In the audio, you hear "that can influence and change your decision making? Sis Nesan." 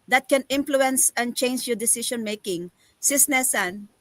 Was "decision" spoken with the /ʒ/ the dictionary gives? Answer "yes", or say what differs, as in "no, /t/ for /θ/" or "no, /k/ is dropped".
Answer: no, /ʃ/ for /ʒ/